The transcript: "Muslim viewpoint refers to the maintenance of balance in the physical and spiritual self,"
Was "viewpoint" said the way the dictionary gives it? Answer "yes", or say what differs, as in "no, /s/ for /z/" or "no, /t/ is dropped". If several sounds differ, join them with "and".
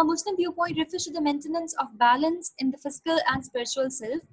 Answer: no, /p/ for /v/